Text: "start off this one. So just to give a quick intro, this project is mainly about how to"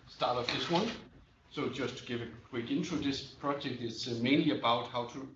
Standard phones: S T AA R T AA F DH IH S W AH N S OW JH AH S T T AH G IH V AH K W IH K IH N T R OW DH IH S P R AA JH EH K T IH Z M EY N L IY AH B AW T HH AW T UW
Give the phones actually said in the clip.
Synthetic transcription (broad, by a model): S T AA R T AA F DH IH S W AH N S OW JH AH S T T G IH V AH K W IH K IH N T UW DH IH S P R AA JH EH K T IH S M EY N L IY AH B AW T HH AW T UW